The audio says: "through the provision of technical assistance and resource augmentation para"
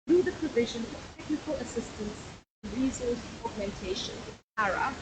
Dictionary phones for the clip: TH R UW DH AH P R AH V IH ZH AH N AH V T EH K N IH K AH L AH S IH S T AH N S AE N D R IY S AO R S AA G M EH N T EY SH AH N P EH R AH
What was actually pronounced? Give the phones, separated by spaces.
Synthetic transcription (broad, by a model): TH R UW DH AH P R AH V IH ZH AH N AH V T EH K N IH K AH L AH S IH S T AH N S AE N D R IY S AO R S AA G M EH N T EY SH AH N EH R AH